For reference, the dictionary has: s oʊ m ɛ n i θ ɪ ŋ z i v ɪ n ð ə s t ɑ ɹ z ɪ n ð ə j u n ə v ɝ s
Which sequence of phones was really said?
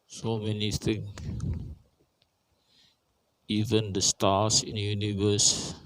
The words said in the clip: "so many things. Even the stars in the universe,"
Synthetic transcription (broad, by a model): s oʊ m ɛ n i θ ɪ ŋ i v ɪ n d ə s t ɑ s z ɪ n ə j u n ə v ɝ s